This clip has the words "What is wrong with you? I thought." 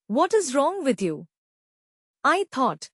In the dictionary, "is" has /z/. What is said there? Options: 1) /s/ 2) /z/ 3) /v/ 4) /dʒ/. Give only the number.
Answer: 2